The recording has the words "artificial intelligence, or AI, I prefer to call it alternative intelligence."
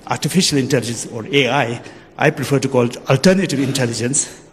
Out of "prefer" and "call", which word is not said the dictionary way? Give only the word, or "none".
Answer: prefer